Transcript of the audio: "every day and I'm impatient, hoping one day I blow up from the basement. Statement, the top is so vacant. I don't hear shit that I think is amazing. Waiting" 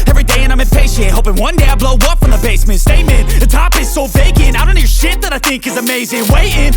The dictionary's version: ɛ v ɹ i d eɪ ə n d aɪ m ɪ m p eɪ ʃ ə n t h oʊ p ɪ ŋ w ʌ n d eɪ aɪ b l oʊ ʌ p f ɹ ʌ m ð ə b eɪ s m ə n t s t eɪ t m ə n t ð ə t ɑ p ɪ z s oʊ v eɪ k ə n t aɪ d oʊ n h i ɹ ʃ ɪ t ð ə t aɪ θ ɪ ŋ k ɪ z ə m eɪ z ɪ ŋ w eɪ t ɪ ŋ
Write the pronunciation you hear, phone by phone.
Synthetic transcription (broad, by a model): ɛ v ɹ i d eɪ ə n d aɪ m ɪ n p eɪ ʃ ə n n h oʊ p ɪ ŋ w ʌ n d eɪ aɪ b l oʊ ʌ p f ɹ ʌ m ð ə b eɪ s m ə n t s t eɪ m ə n ð ə t ɑ p ɪ z s oʊ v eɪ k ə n aɪ d oʊ n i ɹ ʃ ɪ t ð ə t aɪ θ ɪ ŋ k ɪ z ə m eɪ z ɪ ŋ w eɪ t ɪ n